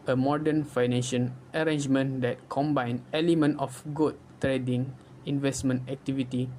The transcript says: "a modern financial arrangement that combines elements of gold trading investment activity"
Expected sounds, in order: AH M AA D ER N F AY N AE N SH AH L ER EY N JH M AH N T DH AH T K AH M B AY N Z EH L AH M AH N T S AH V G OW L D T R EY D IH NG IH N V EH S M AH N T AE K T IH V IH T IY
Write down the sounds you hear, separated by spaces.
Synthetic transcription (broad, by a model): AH M AA D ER N F AY N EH N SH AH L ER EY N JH M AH N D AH T K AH M B AY N EH L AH M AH N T AH F G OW D T R EY D IH NG IH N V EH S M AH N T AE K T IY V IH T IY